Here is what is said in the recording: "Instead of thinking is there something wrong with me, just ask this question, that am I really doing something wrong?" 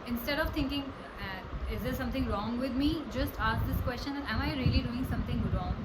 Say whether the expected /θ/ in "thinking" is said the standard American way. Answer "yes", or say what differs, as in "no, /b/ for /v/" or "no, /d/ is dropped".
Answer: no, /t/ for /θ/